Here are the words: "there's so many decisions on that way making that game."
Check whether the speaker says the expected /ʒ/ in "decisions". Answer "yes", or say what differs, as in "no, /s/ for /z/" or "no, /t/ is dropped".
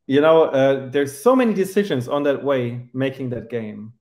yes